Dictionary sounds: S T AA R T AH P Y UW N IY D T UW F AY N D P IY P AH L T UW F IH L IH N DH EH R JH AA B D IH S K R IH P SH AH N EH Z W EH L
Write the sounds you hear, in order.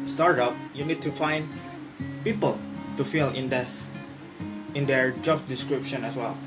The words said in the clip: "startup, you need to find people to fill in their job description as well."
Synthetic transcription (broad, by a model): S T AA R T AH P Y UW N IY D T UW F AY N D P IY P AH L T UW F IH N IH N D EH R JH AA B D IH S K R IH P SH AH N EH S W EH L